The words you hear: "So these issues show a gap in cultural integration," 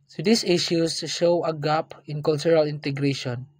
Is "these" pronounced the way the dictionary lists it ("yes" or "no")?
no